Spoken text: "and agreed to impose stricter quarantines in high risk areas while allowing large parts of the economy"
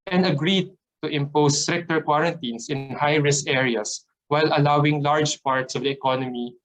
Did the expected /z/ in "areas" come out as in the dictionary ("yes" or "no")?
no